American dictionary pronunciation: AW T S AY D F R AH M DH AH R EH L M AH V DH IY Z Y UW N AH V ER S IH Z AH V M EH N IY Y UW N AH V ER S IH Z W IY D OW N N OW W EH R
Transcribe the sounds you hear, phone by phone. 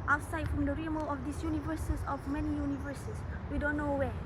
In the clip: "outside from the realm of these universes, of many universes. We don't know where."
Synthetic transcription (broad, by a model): AW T S AY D F R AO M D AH R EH M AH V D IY S Y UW N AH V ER S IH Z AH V M EH N IY Y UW N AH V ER S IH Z W IY D OW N N OW W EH